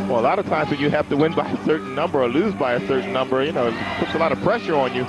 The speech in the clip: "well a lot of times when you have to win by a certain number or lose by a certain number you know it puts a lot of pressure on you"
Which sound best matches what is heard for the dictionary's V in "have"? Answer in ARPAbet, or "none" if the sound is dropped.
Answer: F